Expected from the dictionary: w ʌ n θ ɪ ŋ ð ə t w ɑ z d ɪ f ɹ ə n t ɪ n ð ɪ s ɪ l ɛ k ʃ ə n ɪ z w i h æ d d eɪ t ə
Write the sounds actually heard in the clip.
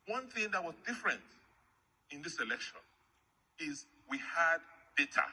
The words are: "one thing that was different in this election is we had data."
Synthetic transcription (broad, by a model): w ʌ n θ ɪ ŋ ð ə t w ɑ z d ɪ f ɹ ə n t ɪ n ð ɪ s ɪ l ɛ k ʃ ə n ɪ z w i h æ d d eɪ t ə